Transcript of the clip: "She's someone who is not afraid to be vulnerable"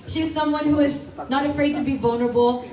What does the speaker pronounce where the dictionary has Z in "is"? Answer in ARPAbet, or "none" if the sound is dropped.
Z